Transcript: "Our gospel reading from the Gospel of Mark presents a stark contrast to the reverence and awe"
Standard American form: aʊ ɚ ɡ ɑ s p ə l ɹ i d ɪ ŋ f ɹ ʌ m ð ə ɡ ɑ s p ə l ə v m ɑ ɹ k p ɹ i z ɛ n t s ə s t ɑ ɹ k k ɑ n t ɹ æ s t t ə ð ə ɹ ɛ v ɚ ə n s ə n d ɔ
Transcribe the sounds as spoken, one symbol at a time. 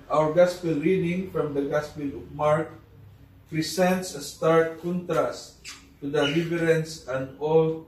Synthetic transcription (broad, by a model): aʊ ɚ ɡ ɑ s p ə l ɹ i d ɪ ŋ f ɹ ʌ m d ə ɡ ɑ s p ə l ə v m ɑ ɹ k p ɹ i s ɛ n t s ə s t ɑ ɹ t k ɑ n t ɹ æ s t t ə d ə l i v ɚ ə n s ə n d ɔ